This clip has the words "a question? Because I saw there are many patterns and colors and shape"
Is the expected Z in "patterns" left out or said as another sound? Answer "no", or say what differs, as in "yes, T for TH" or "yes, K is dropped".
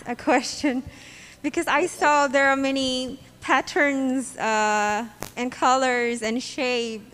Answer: no